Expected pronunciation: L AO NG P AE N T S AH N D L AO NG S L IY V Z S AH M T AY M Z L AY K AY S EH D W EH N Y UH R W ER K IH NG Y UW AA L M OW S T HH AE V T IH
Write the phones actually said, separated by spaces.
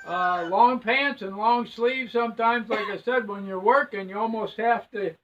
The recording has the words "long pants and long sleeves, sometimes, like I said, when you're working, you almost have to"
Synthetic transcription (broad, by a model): L AO NG P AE N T S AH N L AO NG S L IY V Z S AH M T AY M Z L AY K AY S EH D W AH N Y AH R W ER K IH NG Y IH AA L M OW S T HH AE F T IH